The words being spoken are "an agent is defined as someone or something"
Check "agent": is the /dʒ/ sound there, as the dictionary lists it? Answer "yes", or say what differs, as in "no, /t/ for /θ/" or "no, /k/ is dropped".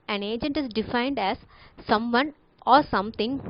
yes